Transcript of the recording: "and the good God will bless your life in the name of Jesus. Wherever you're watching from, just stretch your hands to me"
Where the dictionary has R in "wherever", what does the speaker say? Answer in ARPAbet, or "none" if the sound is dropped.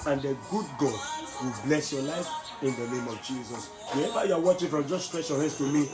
none